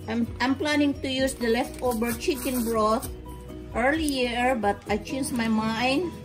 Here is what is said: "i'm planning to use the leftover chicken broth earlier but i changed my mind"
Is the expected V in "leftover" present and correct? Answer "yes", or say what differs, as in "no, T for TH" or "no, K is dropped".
no, B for V